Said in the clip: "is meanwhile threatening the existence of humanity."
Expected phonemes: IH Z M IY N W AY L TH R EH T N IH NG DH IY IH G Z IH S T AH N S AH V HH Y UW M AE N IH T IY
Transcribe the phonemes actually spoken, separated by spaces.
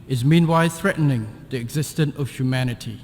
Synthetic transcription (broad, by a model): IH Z M IY N W AY L TH R EH T N IH NG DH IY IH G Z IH S T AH N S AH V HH Y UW M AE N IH T IY